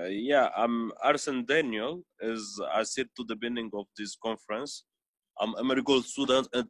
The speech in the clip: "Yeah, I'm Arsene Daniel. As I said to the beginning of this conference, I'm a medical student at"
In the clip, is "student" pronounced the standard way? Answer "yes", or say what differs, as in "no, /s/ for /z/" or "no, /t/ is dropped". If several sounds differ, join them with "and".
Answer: yes